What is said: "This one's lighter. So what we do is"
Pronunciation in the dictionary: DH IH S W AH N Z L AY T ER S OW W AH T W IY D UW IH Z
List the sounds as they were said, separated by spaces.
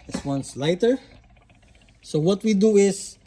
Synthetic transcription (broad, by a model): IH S W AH N S L AY T ER S OW W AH T W IY D UW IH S